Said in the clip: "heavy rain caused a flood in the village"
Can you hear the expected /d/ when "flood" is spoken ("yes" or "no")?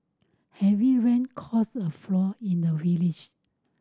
no